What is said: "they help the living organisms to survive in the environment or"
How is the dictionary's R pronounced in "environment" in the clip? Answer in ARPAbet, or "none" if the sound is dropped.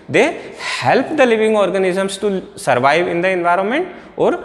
R